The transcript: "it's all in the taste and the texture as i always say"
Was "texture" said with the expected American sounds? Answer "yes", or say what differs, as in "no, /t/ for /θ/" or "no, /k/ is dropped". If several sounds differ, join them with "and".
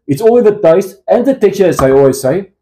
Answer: no, /s/ is dropped